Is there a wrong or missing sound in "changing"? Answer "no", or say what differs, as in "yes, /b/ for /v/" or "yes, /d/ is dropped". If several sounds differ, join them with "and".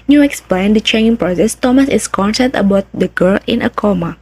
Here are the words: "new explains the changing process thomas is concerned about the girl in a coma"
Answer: yes, /dʒ/ is dropped